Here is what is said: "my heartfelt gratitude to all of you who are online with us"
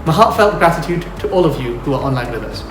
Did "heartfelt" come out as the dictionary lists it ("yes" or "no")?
yes